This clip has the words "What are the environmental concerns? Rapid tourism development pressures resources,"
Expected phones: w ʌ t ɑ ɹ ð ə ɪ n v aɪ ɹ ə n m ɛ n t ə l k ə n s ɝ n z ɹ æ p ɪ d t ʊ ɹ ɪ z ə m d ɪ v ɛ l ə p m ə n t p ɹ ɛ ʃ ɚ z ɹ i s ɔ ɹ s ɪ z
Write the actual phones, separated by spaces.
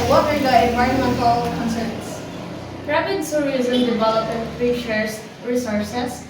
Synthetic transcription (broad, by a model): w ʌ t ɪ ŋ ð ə ɪ n v aɪ ɹ ə n m ɛ n t ə l k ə n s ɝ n s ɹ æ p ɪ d s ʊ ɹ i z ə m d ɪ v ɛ l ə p ə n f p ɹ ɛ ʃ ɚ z ɹ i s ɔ ɹ s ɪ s